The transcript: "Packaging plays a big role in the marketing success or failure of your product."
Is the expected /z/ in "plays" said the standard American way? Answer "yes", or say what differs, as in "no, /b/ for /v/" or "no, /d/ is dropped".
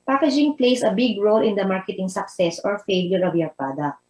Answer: no, /s/ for /z/